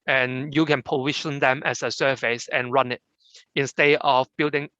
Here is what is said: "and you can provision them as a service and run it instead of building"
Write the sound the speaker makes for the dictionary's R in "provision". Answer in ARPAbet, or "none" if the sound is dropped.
none